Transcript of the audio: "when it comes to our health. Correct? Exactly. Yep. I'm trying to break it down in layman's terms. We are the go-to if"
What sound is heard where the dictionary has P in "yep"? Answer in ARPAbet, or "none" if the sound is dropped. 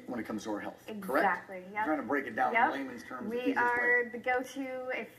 none